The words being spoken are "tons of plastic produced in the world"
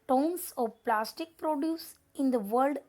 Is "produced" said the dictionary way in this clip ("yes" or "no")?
no